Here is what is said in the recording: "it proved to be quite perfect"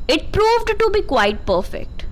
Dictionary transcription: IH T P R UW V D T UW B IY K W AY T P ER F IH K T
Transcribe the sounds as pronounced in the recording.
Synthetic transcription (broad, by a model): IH T P R UW V D T UW B IY K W AY T P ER F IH K T